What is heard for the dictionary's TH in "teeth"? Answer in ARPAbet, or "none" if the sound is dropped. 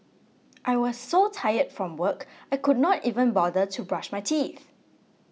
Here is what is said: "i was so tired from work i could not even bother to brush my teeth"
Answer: TH